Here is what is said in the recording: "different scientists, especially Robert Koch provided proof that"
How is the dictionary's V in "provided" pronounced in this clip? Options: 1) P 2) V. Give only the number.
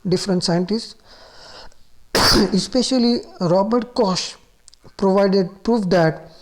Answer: 2